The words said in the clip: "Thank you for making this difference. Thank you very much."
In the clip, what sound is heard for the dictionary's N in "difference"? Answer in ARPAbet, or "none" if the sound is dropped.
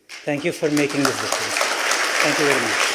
none